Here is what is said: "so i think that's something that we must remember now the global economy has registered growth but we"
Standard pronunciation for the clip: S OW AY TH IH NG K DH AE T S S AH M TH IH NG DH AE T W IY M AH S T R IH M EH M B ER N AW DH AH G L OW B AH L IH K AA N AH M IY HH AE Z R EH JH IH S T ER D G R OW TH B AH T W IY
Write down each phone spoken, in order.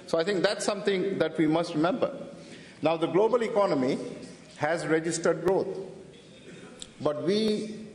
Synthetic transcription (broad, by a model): S OW AY T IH NG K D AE T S S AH M T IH NG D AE T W IY M AH S T R IH M EH M B ER N AW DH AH G L OW B AH L IH K AA N AH M IY HH AE Z R EH JH IH S T ER D G R OW T B AH T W IY